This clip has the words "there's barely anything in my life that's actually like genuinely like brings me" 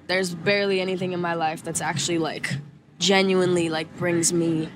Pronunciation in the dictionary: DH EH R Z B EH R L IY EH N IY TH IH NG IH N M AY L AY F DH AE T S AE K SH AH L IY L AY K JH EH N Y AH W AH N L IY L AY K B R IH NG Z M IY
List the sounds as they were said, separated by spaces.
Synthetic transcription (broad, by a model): DH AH R Z B EH R L IY EH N IY TH IH NG IH N M AY L AY F DH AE T S AE K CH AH L IY L AY K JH EH N Y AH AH N L IY L AY K B R IH NG Z M IY